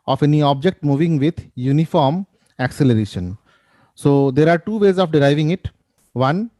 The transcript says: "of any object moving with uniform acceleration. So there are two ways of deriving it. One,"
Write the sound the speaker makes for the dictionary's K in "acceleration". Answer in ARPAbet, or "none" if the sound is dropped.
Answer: K